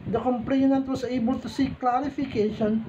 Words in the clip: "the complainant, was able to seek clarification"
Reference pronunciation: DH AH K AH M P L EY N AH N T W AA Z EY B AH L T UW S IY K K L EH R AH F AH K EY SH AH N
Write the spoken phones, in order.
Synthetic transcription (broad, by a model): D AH K AH M P L EY N AH N T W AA S EY B AH L T UW S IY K K L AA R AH F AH K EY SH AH N